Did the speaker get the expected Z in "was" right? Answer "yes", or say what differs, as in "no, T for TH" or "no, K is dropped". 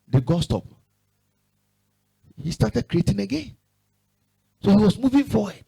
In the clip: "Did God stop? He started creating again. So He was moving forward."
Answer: no, S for Z